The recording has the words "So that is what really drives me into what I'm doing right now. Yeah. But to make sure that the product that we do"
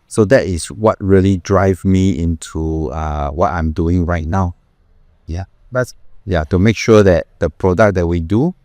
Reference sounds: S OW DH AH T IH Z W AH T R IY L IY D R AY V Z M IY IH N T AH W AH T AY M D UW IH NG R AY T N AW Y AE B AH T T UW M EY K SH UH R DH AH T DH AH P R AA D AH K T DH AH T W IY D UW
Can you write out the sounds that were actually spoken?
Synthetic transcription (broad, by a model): S OW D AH T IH S W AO T R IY L IY D R AY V M IY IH N T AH W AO T AY M D UW IH NG R AY T N AW Y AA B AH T T UW M EY K SH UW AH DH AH T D AH P R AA D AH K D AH T W IY D UW